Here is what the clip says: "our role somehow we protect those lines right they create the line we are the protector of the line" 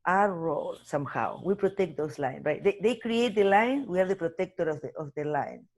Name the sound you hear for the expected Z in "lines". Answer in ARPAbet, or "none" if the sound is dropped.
none